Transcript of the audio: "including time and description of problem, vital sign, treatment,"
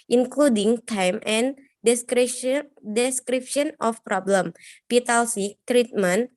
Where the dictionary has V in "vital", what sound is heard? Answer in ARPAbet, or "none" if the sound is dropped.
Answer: P